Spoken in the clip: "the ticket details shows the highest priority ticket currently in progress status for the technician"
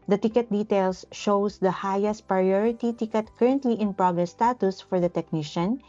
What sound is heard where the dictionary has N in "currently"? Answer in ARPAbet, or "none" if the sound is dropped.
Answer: N